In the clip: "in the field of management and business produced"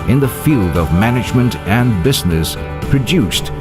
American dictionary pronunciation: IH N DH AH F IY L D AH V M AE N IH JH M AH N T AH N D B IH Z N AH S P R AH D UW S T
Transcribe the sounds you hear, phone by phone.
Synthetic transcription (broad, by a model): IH N DH AH F IY L D AH V M AE N IH JH M AH N T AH N B IH Z N AH S P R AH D UW S T